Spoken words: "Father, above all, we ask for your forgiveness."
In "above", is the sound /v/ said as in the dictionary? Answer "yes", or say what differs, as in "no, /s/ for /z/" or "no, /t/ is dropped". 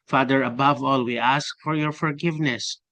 yes